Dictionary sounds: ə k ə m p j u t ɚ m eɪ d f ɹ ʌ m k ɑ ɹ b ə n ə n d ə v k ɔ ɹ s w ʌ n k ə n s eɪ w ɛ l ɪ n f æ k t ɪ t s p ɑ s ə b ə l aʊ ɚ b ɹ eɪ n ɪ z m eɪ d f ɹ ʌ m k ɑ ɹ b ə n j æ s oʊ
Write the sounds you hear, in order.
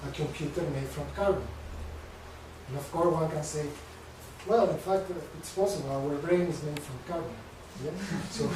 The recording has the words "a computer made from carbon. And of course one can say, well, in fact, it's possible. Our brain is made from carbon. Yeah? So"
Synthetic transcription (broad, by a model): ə k ə m p j u t ɚ m eɪ d f ɹ ʌ m k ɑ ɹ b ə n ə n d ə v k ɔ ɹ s w ʌ n k ə n s eɪ w ɛ l ɪ n f æ k t ɪ t s p ɑ s ə b ə l aʊ ɚ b ɹ eɪ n ɪ z m eɪ d f ɹ ʌ m k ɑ ɹ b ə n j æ s oʊ